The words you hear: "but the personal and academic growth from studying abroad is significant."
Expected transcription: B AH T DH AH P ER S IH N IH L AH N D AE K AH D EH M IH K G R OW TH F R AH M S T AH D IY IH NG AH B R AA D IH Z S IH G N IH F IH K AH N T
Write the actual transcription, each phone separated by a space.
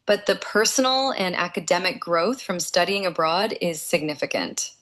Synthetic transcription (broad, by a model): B AH T DH AH P ER S N L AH N AE K AH D EH M IH K G R OW TH F R AH M S T AH D IY IH NG AH B R AA D IH Z S IH G N IH F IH K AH N T